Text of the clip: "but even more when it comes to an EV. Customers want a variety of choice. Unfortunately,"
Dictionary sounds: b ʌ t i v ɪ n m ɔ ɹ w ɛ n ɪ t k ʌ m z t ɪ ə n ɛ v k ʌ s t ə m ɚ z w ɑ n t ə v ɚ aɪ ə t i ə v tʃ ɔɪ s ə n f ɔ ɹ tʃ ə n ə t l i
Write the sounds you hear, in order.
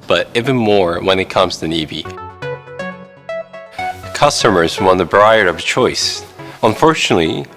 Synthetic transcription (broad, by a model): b ʌ t i v ɪ n m ɔ ɹ w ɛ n ɪ t k ʌ m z t ɪ n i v k ʌ s t ə m ɚ z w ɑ n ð ə b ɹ aɪ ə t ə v tʃ ɔɪ s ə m f ɔ ɹ tʃ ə n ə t l i